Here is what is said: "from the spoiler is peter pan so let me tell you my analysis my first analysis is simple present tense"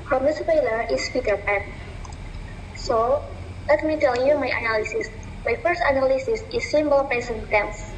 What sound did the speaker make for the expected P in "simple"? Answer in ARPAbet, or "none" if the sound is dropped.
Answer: B